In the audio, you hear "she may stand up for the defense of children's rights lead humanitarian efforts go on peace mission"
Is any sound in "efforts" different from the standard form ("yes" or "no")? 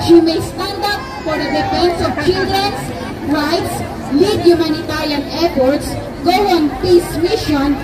yes